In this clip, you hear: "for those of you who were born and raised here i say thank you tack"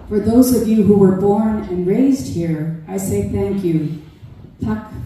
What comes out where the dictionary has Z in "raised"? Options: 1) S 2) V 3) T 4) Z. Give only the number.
4